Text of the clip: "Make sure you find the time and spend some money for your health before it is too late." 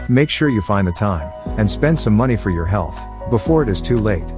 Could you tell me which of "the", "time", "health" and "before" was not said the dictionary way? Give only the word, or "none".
none